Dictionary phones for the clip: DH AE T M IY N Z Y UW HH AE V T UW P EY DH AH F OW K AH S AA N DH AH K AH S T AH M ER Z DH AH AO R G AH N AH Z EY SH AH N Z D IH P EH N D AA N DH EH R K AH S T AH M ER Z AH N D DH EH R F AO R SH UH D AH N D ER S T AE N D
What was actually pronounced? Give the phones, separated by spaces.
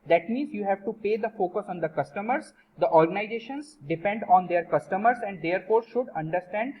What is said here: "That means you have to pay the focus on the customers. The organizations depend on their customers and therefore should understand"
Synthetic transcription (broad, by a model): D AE T M IY N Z Y UW HH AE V T UW P EY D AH F OW K AH S AA N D AH K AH S T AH M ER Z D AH AO R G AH N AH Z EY SH AH N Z D IH P EH N D AA N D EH R K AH S T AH M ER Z AH N D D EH R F AO R SH UH D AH N D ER S T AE N D